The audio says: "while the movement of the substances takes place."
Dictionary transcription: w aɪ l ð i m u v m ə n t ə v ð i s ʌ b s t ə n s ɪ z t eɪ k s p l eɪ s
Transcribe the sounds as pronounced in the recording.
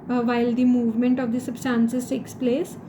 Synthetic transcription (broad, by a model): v aɪ l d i m u v m ə n t ə v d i s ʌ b s t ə n s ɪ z t eɪ k s p l eɪ s